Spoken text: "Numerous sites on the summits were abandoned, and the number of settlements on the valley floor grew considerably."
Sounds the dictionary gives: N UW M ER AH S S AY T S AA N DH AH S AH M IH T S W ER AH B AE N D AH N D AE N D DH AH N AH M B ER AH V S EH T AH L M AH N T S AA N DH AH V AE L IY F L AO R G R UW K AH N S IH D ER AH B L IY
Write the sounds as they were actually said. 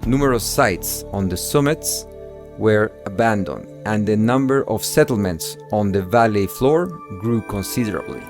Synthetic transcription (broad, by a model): N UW M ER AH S S AY T S AA N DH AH S AH M IH T S W ER AH B AE N D AH N D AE N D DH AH N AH M B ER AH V S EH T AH L M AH N T S AA N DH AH V AE L IY F L AO R G R UW K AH N S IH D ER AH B L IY